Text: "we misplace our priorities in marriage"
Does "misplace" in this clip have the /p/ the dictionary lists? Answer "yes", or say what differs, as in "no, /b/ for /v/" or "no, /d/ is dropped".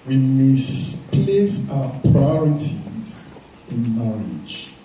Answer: yes